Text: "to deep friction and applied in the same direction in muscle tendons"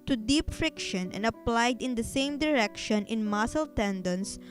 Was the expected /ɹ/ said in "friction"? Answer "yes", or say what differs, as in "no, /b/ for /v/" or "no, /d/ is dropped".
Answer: yes